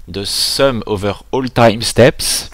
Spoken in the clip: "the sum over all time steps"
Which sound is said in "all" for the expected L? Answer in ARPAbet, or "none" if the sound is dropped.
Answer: L